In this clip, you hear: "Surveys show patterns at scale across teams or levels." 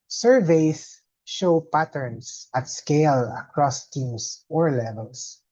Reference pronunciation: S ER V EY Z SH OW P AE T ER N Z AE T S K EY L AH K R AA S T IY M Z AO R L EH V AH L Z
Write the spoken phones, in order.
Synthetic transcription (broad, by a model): S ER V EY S SH OW P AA T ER N S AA T S K EY L AH K R AA S T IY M S AO R L EH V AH L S